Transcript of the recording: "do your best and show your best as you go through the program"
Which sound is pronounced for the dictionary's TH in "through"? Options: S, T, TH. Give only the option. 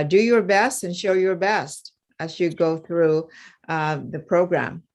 TH